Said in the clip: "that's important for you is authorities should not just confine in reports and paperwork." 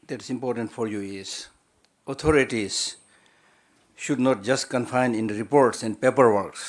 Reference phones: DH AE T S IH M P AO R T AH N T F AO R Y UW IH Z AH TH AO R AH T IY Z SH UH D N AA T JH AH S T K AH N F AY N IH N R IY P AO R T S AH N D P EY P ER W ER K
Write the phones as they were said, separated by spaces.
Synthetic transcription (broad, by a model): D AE T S IH M P AO R T AH N T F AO R Y UW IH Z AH T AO R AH T IY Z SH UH D N AA T JH AH S T K AH N F AY N IH N R IY P AO R T S AH N D P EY P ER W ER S